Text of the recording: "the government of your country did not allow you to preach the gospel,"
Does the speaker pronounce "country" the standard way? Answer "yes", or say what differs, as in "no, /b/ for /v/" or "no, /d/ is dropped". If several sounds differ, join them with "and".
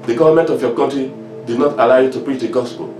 no, /n/ is dropped